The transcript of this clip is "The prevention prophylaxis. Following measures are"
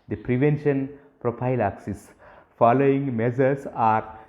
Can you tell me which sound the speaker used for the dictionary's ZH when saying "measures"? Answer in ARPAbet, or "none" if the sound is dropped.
Z